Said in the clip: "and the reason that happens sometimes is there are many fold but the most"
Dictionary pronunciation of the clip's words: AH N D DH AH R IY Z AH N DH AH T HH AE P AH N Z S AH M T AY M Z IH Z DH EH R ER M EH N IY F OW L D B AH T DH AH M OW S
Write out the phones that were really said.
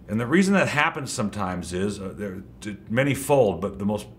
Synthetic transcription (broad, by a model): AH N DH AH R IY Z AH N DH AH T HH AE P AH N Z S AH M T AY M Z IH Z DH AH R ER M EH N IY F OW L D B AH T DH AH M OW S